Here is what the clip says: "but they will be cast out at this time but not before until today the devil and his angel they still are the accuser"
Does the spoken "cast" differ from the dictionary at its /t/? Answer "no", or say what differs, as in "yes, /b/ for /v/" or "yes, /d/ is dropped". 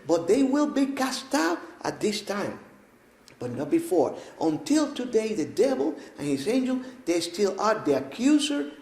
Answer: no